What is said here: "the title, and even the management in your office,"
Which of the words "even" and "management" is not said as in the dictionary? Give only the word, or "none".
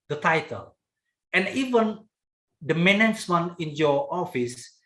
management